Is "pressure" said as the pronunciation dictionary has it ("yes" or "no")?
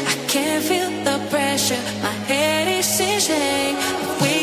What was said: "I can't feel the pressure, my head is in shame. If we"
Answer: yes